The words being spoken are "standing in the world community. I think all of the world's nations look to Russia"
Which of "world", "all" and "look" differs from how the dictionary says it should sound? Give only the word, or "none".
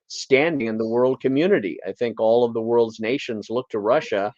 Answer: none